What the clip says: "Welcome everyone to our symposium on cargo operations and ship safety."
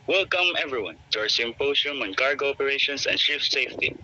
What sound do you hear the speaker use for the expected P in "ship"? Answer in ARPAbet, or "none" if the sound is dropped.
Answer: F